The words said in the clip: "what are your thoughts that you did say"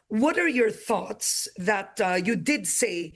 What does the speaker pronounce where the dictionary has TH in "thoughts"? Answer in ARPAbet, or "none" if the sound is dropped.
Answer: TH